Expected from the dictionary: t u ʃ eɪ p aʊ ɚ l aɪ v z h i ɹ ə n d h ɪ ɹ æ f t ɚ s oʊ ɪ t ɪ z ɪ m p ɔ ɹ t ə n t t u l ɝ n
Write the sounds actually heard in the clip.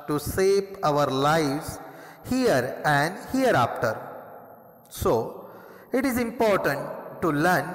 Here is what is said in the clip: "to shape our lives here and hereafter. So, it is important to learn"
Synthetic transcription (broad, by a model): t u s eɪ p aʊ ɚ l aɪ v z h i ɹ ə n d h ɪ ɹ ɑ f t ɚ s oʊ ɪ t ɪ z ɪ m p ɔ ɹ t ə n t t u l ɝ n